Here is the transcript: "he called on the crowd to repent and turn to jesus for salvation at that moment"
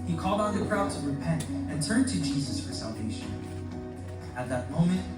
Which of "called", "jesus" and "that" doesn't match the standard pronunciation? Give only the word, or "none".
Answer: none